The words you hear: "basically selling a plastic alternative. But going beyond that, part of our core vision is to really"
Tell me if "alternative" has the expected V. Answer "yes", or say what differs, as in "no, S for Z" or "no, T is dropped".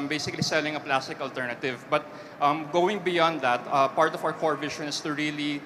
yes